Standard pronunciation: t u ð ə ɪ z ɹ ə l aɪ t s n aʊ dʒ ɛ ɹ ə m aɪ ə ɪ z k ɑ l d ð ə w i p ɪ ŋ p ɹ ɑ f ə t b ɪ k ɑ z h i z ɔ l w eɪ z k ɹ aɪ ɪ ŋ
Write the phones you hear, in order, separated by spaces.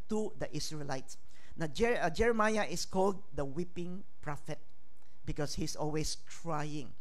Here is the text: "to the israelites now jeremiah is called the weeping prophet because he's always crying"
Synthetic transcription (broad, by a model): t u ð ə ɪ s ɹ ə l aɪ t s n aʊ dʒ ɛ ɹ ə m aɪ ə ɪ s k ɑ l d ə w i p ɪ ŋ p ɹ ɑ f ə t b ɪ k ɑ s h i s ɔ l w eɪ s k ɹ aɪ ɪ ŋ